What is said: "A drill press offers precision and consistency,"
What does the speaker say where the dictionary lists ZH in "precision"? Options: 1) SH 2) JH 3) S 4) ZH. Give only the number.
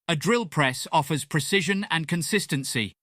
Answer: 4